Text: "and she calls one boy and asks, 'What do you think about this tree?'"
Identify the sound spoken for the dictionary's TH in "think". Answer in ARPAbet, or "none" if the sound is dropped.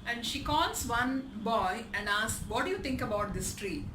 T